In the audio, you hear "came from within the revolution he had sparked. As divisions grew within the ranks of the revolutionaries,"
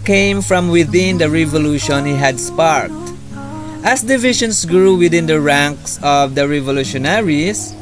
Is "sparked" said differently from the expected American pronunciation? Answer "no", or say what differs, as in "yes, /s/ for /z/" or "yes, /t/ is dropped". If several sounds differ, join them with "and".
no